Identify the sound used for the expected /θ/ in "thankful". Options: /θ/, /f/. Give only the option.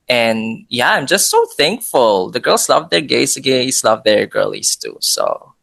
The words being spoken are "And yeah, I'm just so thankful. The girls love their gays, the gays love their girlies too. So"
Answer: /θ/